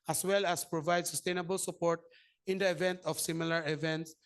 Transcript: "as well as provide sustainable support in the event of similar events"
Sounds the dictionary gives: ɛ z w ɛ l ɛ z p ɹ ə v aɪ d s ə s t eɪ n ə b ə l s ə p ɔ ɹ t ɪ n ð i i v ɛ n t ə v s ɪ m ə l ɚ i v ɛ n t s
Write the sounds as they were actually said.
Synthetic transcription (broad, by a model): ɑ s w ɛ l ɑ s p ɹ ə v aɪ d s ə s t eɪ n ə b ə l s ə p ɔ ɹ t ɪ n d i i v ɛ n t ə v s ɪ m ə l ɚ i v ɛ n t s